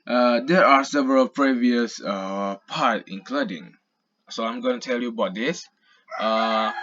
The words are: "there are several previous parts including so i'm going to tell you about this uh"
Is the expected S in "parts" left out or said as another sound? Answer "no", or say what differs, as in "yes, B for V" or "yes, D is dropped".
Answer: yes, S is dropped